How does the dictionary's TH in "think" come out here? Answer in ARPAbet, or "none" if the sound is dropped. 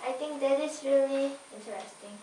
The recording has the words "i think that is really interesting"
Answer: T